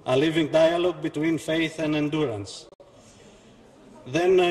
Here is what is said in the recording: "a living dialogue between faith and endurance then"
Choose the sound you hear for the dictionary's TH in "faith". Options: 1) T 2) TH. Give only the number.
2